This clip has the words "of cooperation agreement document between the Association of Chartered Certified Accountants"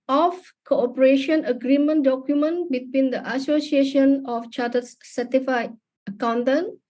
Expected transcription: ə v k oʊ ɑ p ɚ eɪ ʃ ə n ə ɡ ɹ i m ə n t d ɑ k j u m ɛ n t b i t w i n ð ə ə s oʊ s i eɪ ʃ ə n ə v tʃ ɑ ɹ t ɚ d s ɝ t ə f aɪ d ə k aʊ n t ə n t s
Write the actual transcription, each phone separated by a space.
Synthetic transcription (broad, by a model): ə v k oʊ ɑ p ɚ eɪ ʃ ə n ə ɡ ɹ i m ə n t d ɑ k j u m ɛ n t b i t w i n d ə ə s oʊ s i eɪ ʃ ə n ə f tʃ ɑ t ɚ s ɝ t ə f aɪ ə k aʊ n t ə n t